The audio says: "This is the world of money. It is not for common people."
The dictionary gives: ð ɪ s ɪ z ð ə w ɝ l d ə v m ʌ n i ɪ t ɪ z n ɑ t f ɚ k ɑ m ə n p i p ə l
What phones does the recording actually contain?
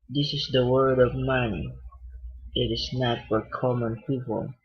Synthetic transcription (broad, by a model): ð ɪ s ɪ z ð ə w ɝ d ə v m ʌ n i ɪ t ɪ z n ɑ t f ɚ k ɑ m ə n p i p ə l